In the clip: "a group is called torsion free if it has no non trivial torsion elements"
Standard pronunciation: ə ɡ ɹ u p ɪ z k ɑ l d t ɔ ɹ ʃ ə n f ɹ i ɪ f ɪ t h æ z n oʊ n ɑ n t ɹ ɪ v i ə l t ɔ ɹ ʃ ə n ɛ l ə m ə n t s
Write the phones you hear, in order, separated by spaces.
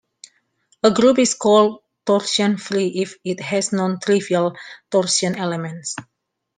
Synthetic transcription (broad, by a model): ə ɡ ɹ u p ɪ s k ɑ l d t ɔ ɹ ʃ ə n f ɹ i ɪ f ɪ t h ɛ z n oʊ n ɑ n t ɹ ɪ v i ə l t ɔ ɹ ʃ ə n ɛ l ə m ə n t s